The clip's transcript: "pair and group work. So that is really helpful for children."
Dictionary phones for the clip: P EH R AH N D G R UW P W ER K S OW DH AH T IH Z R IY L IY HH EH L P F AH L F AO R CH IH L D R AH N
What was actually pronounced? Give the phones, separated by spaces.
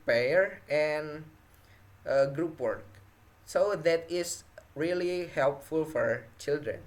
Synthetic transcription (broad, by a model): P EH R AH N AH G R UW P W ER K S OW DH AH T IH S R IY L IY HH EH L P F AH L F AO R CH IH L D R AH N